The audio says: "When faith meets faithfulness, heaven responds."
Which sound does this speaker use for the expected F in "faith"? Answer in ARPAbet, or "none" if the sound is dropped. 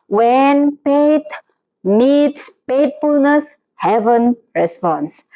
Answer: P